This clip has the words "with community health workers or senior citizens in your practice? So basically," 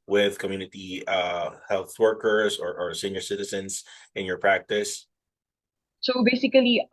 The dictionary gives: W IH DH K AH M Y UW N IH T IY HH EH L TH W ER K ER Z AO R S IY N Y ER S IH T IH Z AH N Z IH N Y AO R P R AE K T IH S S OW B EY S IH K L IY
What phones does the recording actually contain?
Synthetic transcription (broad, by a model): W IH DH K AH M Y UW N IH T IY HH EH L TH W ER K ER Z AO R S IY N Y ER S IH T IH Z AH N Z IH N Y AO R P R AE K T IH S S OW B EY S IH K L IY